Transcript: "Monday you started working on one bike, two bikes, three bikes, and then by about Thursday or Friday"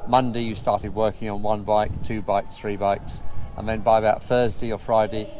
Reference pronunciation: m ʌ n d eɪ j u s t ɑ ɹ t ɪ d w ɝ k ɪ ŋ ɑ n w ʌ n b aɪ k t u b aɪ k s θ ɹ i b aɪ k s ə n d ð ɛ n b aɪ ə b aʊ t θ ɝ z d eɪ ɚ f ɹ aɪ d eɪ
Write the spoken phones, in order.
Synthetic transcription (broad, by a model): m ʌ n d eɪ j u s t ɑ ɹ t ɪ d w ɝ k ɪ ŋ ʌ n w ʌ n b aɪ k t u b aɪ k s θ ɹ i b aɪ k s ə n ð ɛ n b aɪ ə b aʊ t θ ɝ z d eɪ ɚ f ɹ aɪ d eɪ